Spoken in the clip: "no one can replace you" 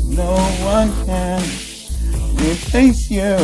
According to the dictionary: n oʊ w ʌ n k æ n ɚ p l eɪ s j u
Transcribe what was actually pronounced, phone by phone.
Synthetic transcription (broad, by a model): n oʊ w ʌ n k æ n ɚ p eɪ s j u